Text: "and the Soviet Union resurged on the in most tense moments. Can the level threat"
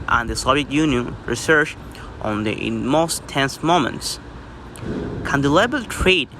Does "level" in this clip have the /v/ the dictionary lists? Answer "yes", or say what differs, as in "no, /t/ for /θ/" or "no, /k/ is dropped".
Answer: no, /b/ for /v/